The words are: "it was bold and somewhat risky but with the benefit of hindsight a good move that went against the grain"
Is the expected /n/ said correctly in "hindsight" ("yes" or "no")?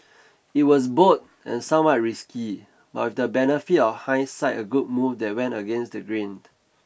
no